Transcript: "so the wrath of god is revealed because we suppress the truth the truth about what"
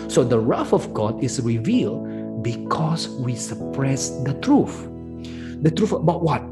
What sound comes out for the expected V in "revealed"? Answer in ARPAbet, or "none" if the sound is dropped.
V